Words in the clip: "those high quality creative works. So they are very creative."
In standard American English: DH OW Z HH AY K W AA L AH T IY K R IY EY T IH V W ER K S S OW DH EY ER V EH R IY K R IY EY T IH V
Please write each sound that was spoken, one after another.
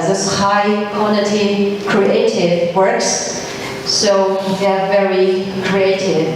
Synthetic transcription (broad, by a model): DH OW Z HH AY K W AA N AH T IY K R IY EY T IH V W ER K S S OW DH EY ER V EH R IY K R IY EY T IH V